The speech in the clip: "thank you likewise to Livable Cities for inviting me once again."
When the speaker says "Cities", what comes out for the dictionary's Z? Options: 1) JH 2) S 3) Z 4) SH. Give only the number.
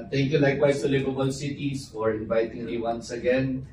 2